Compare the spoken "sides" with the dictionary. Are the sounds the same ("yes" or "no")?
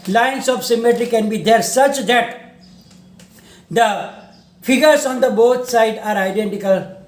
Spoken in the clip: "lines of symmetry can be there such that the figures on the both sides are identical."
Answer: no